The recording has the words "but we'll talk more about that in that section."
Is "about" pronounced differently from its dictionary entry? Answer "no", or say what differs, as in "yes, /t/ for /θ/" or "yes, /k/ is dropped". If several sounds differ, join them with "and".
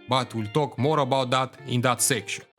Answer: no